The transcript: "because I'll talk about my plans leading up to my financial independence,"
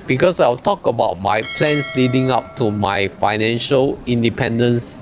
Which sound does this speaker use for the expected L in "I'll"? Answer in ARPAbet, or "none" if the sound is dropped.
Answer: W